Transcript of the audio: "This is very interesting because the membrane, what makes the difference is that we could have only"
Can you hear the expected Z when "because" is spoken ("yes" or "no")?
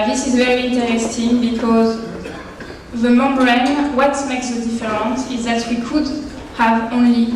yes